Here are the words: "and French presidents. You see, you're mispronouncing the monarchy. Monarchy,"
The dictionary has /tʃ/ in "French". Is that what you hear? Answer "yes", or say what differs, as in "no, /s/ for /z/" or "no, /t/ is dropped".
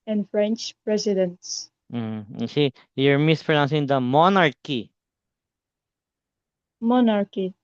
yes